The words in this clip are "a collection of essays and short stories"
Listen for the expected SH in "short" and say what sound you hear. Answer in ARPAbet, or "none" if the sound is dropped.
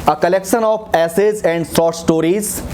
S